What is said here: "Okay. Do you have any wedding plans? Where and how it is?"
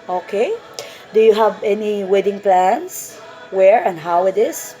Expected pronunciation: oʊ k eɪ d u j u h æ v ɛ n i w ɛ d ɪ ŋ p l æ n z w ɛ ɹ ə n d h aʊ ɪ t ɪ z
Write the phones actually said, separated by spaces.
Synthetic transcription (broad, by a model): oʊ k eɪ d u j u h æ v ɛ n i w ɛ d ɪ ŋ p l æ n s w ɛ ɹ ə n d h aʊ ɪ t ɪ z